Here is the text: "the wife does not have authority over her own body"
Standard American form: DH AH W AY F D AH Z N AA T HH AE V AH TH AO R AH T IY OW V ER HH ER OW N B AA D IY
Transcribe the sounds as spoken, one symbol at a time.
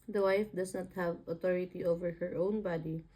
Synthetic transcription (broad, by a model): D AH W AY F D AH S N AA T HH AE V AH T AO R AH T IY OW V ER HH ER OW N B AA D IY